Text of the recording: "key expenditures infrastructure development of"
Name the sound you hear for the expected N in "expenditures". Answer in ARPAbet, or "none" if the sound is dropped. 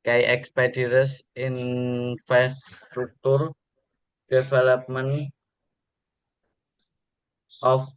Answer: none